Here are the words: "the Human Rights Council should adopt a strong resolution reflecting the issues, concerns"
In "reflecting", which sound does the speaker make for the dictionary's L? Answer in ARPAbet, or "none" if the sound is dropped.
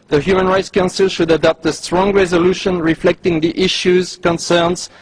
L